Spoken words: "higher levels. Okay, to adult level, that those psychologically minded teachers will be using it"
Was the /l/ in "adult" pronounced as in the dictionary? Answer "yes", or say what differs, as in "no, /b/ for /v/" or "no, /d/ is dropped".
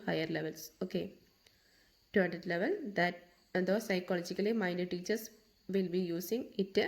no, /l/ is dropped